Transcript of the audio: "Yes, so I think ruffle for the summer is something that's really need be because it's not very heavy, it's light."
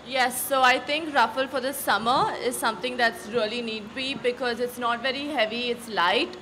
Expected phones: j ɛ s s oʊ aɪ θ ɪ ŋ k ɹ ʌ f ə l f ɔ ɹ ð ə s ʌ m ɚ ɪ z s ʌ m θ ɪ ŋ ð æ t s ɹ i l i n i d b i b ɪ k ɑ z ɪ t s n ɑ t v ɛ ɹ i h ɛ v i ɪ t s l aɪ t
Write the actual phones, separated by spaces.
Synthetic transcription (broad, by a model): j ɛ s s oʊ aɪ t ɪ ŋ k ɹ ʌ f ə l f ɔ ɹ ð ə s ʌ m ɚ ɪ z s ʌ m t ɪ ŋ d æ t s ɹ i l i n i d b i b ɪ k ɑ z ɪ t s n ɑ t v ɛ ɹ i h ɛ v i ɪ t s l aɪ t